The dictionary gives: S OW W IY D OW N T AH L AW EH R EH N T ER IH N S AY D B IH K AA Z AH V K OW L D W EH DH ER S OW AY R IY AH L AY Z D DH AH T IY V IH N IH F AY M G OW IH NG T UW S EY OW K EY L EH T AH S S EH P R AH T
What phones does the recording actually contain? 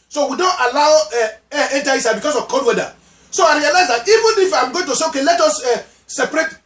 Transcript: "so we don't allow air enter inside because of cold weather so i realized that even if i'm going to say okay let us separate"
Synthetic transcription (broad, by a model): S OW W IY D OW N T AH L AW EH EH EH N T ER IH S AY B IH K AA S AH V K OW D W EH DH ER S OW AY R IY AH L AY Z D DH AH T IY V IH N IH F AY M G OW IH NG T UW S EY OW K EY L EH T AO S S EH P R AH T